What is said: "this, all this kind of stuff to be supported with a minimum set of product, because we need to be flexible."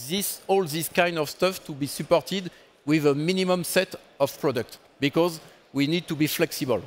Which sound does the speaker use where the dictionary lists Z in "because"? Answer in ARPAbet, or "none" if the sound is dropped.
Z